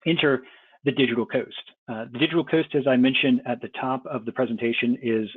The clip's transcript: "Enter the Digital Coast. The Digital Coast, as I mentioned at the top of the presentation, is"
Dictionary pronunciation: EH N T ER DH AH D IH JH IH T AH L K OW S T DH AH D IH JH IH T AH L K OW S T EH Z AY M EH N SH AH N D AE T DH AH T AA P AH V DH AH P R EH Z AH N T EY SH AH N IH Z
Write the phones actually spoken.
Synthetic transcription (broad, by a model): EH N T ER DH AH D IH JH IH T L K OW S T DH AH D IH JH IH T L K OW S T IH Z AY M EH N SH AH N D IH T DH AH T AA P AH V DH AH P R EH Z AH N T EY SH AH N IH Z